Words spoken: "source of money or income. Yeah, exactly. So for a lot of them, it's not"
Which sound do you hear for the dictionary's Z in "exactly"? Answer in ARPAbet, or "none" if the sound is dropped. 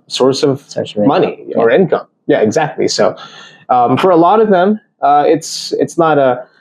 Z